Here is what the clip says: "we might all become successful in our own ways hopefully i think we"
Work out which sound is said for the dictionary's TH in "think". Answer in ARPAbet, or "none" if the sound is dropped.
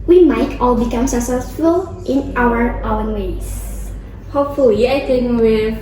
T